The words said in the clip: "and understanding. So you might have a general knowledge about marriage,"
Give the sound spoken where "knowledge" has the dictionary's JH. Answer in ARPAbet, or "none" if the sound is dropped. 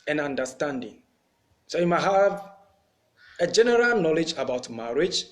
JH